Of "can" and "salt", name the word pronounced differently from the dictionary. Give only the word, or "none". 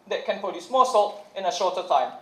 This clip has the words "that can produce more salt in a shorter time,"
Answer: none